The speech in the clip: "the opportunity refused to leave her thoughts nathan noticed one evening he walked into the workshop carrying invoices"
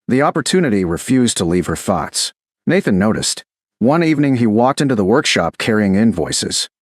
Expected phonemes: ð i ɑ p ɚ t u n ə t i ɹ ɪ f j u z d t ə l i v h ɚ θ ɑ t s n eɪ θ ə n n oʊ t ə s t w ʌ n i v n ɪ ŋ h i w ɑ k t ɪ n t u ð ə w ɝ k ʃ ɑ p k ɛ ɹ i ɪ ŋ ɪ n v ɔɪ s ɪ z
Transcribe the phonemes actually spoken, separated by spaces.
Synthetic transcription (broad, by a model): ð i ɑ p ɚ t u n ə t i ɹ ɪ f j u z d t ə l i v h ɚ θ ɑ t s n eɪ θ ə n n oʊ t ə s t w ʌ n i v n ɪ ŋ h i w ɑ k t ɪ n t u ð ə w ɝ k ʃ ɑ p k ɛ ɹ i ɪ ŋ ɪ n v ɔɪ s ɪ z